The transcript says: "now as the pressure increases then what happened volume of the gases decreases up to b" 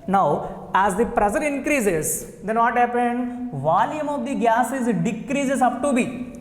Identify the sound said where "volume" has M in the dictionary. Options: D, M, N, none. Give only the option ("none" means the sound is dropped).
M